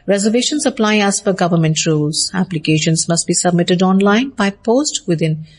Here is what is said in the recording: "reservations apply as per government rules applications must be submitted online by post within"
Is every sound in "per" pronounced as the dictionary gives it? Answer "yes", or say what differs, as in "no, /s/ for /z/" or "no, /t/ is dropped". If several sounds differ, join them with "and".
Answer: no, /f/ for /p/